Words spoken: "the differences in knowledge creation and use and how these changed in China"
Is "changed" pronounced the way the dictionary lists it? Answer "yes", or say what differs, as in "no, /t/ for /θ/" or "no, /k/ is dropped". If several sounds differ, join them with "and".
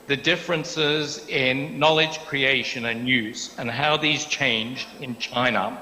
yes